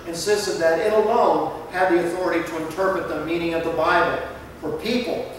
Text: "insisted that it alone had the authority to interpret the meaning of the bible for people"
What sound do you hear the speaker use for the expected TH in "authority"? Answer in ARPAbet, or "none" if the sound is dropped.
TH